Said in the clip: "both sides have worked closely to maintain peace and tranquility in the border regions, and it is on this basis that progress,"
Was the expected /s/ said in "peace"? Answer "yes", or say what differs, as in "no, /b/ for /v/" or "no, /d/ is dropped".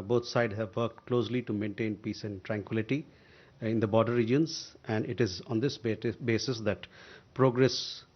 yes